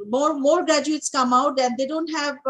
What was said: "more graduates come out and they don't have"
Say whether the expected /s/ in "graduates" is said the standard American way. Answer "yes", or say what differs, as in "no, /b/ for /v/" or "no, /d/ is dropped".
yes